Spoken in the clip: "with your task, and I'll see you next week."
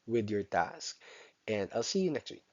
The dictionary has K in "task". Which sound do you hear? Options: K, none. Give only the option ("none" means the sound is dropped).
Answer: K